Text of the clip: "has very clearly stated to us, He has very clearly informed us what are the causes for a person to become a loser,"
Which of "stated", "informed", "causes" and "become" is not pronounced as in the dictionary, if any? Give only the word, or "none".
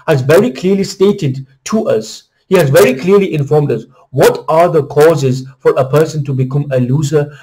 none